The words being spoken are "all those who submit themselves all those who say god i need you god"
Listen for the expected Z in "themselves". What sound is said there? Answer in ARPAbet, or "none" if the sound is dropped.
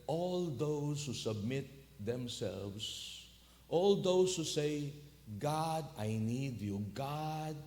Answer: S